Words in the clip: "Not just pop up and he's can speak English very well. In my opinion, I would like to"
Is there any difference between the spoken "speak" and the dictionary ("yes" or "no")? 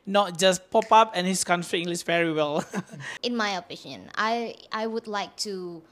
yes